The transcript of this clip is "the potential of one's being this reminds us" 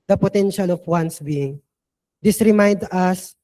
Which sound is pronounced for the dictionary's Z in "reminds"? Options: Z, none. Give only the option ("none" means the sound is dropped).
none